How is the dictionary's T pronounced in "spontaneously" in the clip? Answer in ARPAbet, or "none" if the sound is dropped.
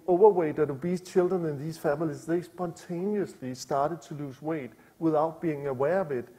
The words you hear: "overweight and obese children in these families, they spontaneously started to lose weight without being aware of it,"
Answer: S